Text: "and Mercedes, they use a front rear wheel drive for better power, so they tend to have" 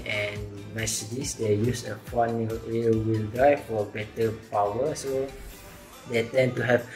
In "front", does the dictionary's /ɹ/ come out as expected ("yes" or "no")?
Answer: no